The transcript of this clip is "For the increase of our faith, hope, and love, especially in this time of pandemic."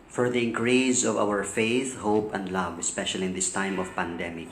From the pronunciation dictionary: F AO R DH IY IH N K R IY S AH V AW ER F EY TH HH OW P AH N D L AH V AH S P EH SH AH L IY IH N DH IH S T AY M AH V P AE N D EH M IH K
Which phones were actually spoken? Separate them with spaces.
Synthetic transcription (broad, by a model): F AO R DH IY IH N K R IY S AH V AW ER F EY TH HH OW P AH N D L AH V AH S P EH SH AH L IY IH N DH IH S T AY M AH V P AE N D EH M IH K